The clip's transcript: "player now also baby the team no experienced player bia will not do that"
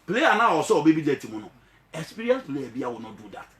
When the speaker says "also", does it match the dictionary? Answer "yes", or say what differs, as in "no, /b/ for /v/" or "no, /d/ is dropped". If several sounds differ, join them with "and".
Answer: no, /l/ is dropped